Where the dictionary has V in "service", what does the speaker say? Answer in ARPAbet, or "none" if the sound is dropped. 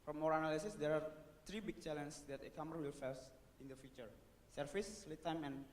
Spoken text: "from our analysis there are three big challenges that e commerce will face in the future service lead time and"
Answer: F